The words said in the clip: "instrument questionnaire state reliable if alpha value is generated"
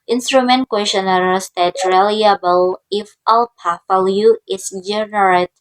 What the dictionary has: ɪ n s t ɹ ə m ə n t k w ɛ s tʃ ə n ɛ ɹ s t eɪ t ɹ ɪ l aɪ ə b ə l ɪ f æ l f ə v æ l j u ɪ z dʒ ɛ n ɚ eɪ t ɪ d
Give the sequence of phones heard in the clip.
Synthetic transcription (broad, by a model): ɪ n s t ɹ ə m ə n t k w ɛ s ə n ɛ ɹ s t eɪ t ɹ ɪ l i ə b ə l ɪ f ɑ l p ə f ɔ l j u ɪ s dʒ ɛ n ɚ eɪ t